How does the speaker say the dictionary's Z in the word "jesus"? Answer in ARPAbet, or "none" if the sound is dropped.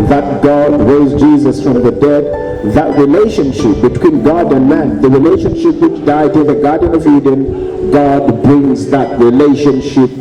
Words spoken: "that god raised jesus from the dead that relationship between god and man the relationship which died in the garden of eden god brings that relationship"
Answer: Z